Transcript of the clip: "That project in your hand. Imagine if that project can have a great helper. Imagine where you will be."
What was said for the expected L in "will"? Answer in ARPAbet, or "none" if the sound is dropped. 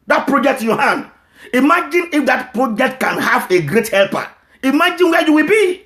L